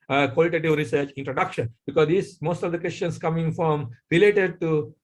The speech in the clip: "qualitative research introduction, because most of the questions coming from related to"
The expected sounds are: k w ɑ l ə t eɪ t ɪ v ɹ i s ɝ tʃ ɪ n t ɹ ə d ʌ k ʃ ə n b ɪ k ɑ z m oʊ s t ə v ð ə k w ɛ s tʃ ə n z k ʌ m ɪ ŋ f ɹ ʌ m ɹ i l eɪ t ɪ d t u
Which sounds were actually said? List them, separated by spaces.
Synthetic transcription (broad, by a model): k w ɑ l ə t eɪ t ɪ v ɹ i s ɝ tʃ ɪ n t ɹ ə d ʌ k ʃ ə n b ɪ k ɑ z m oʊ s t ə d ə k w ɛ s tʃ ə n s k ʌ m ɪ ŋ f ɹ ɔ m ɹ i l eɪ t ɪ d t u